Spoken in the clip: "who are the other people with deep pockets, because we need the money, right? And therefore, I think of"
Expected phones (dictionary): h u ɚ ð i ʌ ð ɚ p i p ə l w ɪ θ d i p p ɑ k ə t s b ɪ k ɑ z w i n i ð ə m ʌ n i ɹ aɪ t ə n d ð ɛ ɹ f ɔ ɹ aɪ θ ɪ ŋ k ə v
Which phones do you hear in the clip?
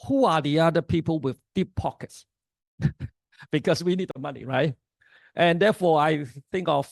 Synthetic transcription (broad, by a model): h u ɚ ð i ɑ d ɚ p i p ə l w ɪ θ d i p p ɑ k ə t s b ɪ k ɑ s w i n i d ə m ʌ n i ɹ aɪ t ə n d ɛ f ɔ aɪ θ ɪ ŋ k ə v